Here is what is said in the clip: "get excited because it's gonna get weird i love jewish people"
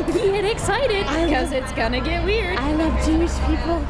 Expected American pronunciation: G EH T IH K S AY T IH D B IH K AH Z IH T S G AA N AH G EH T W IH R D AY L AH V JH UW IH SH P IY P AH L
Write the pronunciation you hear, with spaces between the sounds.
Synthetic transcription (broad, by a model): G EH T IH K S AY T IH D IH K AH Z IH T S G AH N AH G EH T W IH R D AY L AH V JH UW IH S P IY P L